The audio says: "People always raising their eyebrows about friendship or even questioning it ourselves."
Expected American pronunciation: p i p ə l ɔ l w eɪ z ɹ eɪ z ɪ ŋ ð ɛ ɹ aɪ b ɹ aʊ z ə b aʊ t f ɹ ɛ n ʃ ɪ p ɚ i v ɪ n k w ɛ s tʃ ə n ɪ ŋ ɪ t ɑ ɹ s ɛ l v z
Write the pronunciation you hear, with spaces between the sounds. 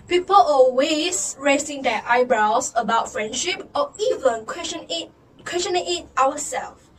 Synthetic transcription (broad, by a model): p i p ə l ɔ l w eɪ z ɹ eɪ s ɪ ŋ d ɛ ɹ aɪ b ɹ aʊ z ə b aʊ t f ɹ ɛ n ʃ ɪ p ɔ i v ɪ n k w ɛ s tʃ ə n ɪ ŋ ɪ t ɑ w s ɛ l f